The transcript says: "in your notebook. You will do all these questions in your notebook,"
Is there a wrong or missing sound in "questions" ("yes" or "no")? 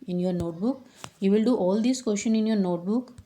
yes